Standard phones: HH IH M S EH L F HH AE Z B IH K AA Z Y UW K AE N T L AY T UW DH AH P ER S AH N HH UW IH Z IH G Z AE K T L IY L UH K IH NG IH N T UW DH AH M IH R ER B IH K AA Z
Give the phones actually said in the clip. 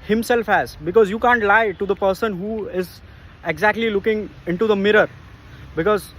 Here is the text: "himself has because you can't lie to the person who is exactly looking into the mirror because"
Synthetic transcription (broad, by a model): HH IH M S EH L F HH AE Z B IH K AA Z Y UW K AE N T L AY T UW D AH P ER S AH N HH UW IH Z IH G Z AE K T L IY L UH K IH NG IH N T UW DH AH M IH R ER B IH K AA Z